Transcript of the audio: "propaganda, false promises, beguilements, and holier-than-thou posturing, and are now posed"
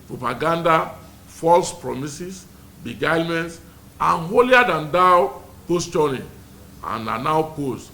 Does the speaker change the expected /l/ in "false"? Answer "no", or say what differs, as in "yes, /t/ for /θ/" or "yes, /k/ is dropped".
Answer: no